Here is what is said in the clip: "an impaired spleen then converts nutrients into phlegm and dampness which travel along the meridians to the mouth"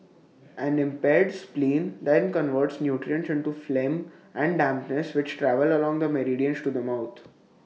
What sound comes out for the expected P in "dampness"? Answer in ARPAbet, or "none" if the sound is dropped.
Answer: P